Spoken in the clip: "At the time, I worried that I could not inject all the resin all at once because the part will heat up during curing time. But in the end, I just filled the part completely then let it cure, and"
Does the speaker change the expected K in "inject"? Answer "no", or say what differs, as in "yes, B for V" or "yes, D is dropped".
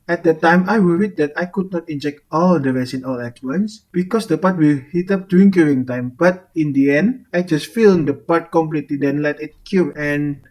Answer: no